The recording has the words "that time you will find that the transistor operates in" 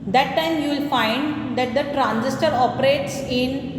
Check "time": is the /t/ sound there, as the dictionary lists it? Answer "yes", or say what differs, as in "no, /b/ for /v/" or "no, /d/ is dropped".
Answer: yes